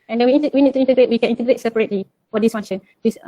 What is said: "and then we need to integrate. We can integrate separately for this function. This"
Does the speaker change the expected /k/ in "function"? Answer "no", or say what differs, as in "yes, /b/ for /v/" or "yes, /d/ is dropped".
yes, /k/ is dropped